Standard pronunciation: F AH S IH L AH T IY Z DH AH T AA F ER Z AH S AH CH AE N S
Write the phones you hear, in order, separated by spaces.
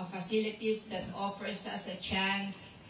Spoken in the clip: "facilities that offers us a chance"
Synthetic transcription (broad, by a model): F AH S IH L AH T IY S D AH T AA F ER S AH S AH CH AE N S